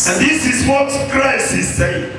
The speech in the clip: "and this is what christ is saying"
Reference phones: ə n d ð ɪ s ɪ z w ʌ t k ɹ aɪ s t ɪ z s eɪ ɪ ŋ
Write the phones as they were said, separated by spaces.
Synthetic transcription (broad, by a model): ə n ð ɪ s ɪ z w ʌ t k ɹ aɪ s ɪ z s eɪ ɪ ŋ